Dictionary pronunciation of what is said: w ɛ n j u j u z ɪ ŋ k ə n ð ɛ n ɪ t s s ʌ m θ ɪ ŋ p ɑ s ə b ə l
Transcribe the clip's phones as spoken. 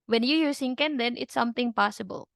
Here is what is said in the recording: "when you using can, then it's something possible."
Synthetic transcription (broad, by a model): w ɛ n j u j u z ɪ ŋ k ə n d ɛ n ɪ t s s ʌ m t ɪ ŋ p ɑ s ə b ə l